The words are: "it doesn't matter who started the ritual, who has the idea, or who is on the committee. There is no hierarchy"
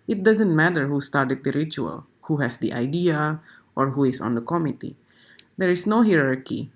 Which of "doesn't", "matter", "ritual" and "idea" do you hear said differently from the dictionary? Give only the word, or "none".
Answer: none